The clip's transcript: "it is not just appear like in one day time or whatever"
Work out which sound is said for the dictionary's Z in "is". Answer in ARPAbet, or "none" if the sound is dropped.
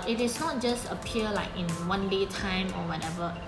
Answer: S